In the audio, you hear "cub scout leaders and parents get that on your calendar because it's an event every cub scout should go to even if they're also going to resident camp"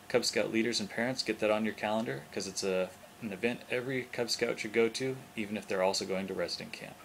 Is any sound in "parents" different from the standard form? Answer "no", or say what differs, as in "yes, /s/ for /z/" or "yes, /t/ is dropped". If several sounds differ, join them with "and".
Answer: no